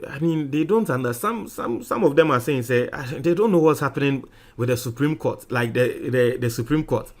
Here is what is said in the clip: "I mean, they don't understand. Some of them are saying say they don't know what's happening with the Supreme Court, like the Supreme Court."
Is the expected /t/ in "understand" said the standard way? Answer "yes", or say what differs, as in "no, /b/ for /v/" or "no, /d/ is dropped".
no, /s/ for /t/